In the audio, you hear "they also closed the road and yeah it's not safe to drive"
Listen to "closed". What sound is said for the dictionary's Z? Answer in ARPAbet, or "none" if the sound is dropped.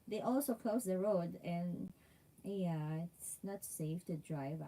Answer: S